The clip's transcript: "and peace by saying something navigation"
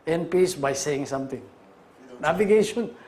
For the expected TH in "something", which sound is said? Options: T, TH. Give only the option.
T